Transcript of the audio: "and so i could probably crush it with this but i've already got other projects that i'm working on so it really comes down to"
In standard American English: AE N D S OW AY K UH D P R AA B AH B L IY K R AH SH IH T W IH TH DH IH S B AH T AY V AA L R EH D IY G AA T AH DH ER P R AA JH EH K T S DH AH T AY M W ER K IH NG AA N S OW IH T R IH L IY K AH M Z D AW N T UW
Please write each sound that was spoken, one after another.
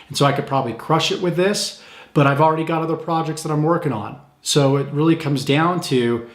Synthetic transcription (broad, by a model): N S OW AY K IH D P R AA B AH B L IY K R AH SH IH T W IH DH IH S B AH T AY V L R EH D IY G AA T AH DH ER P R AA JH EH K T S DH AH T AY M W ER K IH NG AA N S OW IH T R IH L IY K AH M Z D AW N T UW